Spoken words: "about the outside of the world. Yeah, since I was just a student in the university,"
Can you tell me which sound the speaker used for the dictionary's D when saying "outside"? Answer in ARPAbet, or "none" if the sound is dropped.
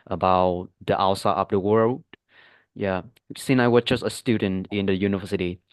none